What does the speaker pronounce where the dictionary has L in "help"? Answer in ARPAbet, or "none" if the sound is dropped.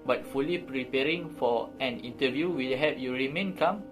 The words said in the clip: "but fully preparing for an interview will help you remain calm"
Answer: none